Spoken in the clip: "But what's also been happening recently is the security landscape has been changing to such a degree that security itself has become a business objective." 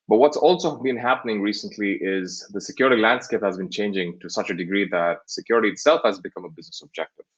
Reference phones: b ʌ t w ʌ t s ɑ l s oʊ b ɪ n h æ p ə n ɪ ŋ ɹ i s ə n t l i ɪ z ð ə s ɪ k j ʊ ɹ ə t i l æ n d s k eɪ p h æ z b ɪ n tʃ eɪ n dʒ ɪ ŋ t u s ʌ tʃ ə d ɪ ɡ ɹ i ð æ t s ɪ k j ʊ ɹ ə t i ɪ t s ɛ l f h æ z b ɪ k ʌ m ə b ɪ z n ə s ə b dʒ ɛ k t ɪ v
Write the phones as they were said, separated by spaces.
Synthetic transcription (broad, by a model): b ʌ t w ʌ t s ɑ l s oʊ b ɪ n h æ p ə n ɪ ŋ ɹ i s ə n t l i ɪ z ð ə s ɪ k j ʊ ɹ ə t i l æ n d s k eɪ p h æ z b ɪ n tʃ eɪ n dʒ ɪ ŋ t u s ʌ tʃ ə d ɪ ɡ ɹ i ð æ t s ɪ k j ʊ ɹ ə t i ɪ t s ɛ l f h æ z b ɪ k ʌ m ə b ɪ z n ə s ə b dʒ ɛ k t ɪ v